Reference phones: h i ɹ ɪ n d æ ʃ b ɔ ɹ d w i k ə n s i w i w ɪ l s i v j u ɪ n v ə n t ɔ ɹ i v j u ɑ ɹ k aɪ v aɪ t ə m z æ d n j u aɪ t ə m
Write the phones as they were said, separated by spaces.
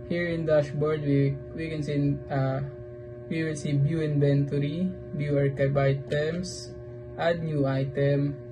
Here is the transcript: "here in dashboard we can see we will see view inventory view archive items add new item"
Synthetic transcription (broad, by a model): h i ɹ ɪ n d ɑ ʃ b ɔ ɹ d w i k ə n s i w i w ɪ l s i b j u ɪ n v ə n t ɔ ɹ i b j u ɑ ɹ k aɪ b aɪ t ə m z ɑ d n j u aɪ t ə m